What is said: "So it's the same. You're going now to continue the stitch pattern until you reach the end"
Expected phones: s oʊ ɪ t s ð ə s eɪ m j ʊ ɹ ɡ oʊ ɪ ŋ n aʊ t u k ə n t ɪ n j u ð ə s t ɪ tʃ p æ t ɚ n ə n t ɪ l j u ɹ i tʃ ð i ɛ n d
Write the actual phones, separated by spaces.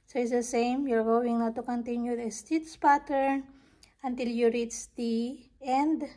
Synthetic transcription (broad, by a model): s oʊ ɪ t s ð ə s eɪ m j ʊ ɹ ɡ oʊ ɪ ŋ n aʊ t u k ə n t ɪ n j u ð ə s t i s p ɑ t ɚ n ə n t ɪ l j u ɹ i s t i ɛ n d